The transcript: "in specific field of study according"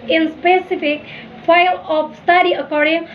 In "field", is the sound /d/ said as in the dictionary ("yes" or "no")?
no